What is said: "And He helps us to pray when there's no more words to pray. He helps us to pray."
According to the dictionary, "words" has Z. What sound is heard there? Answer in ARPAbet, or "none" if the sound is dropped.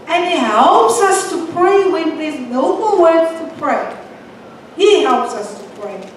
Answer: none